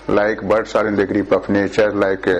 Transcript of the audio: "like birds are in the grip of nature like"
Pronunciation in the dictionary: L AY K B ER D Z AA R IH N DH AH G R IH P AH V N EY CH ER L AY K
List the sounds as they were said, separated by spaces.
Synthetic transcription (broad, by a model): L AY K B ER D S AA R IH N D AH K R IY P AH P N EY CH ER L AY K